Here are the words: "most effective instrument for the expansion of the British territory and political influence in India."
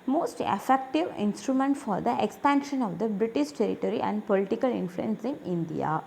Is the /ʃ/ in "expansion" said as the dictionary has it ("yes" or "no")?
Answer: yes